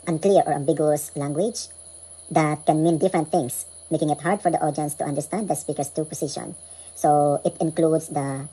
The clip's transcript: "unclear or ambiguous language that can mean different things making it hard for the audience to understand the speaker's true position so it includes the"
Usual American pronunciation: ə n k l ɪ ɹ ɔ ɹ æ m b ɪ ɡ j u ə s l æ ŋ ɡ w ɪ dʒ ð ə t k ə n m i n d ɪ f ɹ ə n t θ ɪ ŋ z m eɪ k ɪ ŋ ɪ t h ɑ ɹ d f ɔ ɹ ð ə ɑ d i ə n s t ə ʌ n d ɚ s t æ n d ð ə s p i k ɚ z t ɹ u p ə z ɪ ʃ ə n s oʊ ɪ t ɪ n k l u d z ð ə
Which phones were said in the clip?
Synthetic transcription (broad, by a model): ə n k l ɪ ɹ ɔ ɹ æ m b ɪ ɡ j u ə s l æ ŋ ɡ w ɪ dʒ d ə t k ə n m i n d ɪ f ɹ ə n t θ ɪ ŋ s m eɪ k ɪ ŋ ɪ t h ɑ ɹ d f ɔ ɹ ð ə ɑ d i ə n s t ə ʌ n d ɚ s t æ n d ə s p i k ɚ s t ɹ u p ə s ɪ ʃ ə n s oʊ ɪ t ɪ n k l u d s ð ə